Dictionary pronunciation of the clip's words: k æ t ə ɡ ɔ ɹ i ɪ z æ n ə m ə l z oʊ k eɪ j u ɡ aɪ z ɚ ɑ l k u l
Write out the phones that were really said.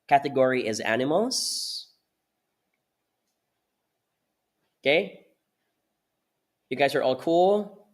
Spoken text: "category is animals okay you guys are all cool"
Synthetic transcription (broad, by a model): k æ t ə ɡ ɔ ɹ i ɪ z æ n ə m l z oʊ k eɪ j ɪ ɡ aɪ z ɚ ɑ l k u l